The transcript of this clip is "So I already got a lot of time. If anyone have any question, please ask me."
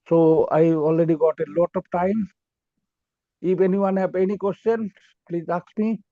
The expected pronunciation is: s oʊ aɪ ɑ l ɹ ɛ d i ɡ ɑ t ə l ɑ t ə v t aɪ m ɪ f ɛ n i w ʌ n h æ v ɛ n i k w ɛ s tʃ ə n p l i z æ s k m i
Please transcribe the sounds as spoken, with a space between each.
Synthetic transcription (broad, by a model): s oʊ aɪ ɑ l ɹ ɛ d i ɡ ɑ t ə l ɑ t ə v t aɪ m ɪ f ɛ n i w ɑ n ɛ p ɛ n i k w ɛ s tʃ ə n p l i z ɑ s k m i